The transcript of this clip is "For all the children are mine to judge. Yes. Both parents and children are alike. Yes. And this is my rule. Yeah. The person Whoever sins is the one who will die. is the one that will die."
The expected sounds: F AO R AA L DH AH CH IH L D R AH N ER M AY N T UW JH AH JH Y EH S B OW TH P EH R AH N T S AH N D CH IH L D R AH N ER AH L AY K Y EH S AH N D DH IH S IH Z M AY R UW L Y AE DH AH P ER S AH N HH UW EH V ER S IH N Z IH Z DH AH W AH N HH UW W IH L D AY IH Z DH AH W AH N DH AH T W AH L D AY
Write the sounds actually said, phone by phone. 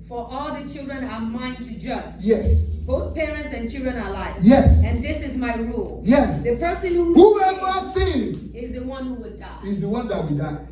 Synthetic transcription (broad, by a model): F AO R AA L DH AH CH IH L D R AH N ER M AY N T UW JH AH JH Y EH S B OW TH P EH R AH N T S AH N CH IH L D R AH N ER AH L AY Y EH S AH N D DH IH S IH Z M AY R UW L Y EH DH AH P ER S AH N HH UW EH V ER S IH Z IH Z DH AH W AH N HH UW W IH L D AY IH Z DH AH W AH N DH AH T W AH D AY